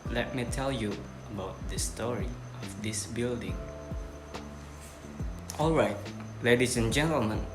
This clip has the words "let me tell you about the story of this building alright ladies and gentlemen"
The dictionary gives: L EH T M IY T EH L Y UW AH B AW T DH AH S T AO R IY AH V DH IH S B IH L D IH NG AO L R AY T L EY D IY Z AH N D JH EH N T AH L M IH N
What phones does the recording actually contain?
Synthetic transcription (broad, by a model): L EH T M IY T EH L Y UW AH B AW T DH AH S T AO R IY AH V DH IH S B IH L D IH NG AO L R AY T L EY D IY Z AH N JH EH N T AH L M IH N